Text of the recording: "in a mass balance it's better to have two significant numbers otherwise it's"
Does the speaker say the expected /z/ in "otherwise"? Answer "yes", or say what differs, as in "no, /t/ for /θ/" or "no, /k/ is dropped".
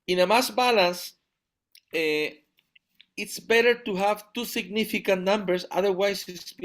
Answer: no, /s/ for /z/